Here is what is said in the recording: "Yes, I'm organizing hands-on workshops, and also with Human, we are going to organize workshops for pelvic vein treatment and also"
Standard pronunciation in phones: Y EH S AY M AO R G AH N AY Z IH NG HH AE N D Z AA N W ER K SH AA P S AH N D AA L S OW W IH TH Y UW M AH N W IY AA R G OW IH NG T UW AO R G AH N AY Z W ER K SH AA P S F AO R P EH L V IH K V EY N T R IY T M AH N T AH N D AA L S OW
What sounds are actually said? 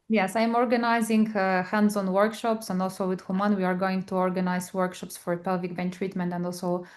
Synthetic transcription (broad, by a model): Y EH S AY M AO R G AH N AY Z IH NG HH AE N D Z AA N W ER K SH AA P S AH N D AA L S OW W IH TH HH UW M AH N W IY AA R G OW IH NG T UW AO R G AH N AY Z W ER K SH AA P S F AO R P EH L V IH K B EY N T R IY T M AH N T AH N D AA L S OW